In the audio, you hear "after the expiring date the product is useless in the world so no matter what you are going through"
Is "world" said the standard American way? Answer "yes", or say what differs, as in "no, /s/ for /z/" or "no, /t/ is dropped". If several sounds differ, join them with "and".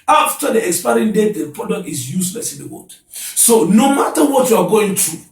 no, /l/ is dropped